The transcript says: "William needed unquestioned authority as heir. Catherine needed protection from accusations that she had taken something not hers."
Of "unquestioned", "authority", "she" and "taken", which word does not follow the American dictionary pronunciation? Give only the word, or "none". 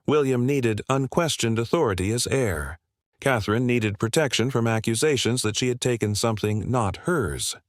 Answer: none